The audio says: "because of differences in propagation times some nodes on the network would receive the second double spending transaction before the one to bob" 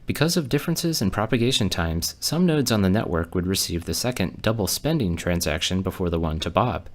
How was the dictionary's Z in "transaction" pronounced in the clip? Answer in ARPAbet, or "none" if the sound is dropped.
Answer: Z